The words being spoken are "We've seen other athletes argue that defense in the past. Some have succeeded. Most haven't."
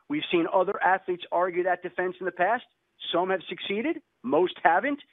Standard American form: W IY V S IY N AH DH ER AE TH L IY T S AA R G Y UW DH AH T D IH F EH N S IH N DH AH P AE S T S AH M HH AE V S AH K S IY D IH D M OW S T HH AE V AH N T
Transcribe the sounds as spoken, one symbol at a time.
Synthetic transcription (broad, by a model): W IY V S IY N AH DH ER AE TH L IY T S AA R G Y UW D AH T D IH F EH N S N DH AH P AE S T S AH M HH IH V S AH K S IY D IH D M OW S T HH AE V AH N T